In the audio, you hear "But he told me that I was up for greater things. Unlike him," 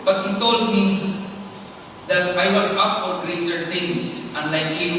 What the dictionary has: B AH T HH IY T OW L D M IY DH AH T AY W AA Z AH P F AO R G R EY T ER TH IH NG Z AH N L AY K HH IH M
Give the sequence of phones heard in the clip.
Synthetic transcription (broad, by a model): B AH T HH IY T OW L D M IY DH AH T AY W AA S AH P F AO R G R EY T ER T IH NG S AH N L AY K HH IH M